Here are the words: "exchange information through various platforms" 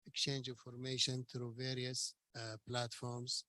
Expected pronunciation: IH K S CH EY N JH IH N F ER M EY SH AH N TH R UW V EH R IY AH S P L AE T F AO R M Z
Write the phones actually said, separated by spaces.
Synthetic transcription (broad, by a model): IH K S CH EY N JH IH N F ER M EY SH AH N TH R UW V EH R IY AH S P L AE T F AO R M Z